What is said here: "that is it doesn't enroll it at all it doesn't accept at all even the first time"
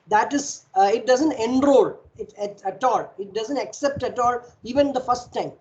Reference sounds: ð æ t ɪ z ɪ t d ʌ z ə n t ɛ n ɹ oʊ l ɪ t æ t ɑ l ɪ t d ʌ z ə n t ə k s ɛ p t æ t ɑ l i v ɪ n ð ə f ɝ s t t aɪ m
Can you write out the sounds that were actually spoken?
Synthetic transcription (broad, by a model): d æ t ɪ z ɪ t d ʌ z ə n t ɛ n ɹ oʊ l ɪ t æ t ɑ l ɪ t d ʌ z ə n t ə k s ɛ p t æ t ɑ l i v ɪ n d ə f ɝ s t t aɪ m